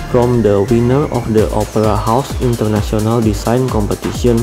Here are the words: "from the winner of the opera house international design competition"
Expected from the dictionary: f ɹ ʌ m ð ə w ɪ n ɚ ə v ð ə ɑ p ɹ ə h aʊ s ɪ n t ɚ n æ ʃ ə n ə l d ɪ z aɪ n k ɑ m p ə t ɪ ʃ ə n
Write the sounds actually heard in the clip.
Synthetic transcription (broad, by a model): f ɹ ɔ m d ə w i n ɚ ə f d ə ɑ p ɹ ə h aʊ s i n t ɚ n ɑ s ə n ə l d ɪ s aɪ n k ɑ m p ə t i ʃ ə n